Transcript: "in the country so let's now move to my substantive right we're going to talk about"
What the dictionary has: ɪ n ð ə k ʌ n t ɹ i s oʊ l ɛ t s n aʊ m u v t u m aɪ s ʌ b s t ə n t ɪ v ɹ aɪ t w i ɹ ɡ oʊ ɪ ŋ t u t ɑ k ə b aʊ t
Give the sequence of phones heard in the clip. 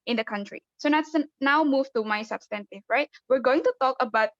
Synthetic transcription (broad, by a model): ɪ n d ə k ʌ n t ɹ i s oʊ n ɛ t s n aʊ m u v t u m aɪ s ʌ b s t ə n t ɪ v ɹ aɪ t w i ɹ ɡ oʊ ɪ ŋ t u t ɑ k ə b aʊ t